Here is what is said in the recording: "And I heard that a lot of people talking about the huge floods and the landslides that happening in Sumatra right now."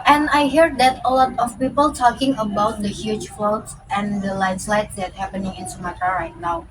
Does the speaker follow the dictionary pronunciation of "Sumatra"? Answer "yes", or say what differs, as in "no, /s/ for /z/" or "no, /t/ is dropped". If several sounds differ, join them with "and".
no, /ɹ/ is dropped